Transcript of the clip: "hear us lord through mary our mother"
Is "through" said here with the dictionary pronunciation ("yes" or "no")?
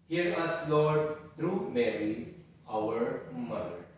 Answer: no